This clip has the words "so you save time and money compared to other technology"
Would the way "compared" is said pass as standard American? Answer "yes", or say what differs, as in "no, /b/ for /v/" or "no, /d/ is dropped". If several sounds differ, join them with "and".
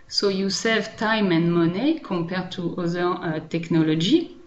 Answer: no, /m/ is dropped